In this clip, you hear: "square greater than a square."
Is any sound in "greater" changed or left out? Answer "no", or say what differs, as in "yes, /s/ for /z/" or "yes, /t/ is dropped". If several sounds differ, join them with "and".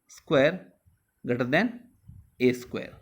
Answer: yes, /ɹ/ is dropped